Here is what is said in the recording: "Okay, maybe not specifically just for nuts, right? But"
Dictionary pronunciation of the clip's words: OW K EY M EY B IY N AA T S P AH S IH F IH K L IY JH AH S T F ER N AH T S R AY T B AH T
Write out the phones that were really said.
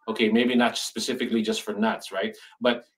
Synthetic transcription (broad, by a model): OW K EY M EY B IY N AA T S P AH S IH F IH K L IY JH AH S T F ER N AH T S R AY T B AH T